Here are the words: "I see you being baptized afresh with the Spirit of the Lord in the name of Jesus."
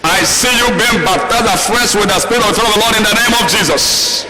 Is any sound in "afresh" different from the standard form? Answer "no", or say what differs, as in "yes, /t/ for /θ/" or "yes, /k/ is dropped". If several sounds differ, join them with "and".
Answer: yes, /s/ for /ʃ/